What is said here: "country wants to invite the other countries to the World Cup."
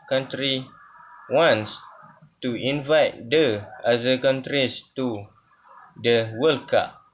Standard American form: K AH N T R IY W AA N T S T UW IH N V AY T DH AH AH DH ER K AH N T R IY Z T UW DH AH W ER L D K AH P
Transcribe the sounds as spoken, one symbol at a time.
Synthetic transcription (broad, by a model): K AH N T R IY W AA N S T UW IH N V AY T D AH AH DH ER K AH N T R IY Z T UW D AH W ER L K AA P